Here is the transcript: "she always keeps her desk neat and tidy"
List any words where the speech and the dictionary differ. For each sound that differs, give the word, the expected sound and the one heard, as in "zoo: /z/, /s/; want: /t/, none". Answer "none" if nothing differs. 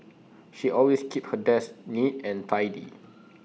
always: /z/, /s/; keeps: /s/, none